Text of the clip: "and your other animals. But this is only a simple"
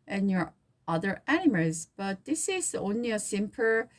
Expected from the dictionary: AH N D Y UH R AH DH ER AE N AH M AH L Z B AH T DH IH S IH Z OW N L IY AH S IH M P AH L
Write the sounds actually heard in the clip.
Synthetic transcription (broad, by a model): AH N Y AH R AH DH ER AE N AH M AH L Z B AH T DH IH S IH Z OW N L IY AH S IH M P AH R